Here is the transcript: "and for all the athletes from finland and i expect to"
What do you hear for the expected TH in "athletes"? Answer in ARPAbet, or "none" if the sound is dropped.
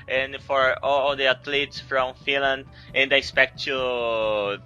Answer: T